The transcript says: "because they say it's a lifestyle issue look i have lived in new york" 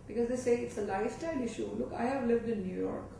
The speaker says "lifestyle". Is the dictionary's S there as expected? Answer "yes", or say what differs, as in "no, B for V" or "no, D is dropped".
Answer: no, S is dropped